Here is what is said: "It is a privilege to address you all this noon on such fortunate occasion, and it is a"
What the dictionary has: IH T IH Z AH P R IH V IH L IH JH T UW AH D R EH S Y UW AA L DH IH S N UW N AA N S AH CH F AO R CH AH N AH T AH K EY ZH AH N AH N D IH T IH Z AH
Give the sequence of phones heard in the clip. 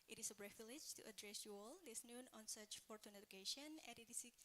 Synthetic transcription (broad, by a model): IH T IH S AH B R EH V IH L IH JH T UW AH D R EH S Y UW AA L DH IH S N UW N AA N S AH CH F AO R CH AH N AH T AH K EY SH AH N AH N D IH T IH S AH